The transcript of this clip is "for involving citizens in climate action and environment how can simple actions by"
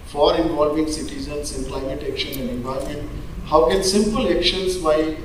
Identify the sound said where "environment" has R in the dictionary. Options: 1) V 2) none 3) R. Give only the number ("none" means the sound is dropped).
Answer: 2